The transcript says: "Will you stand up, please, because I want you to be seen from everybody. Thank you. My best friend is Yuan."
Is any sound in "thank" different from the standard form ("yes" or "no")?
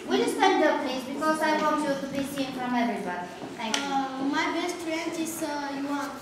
yes